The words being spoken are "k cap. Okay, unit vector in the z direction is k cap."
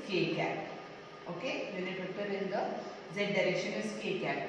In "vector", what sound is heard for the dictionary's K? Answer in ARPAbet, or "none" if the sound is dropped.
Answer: none